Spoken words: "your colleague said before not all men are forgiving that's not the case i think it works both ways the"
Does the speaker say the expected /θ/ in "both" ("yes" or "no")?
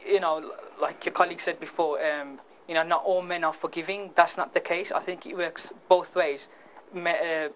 yes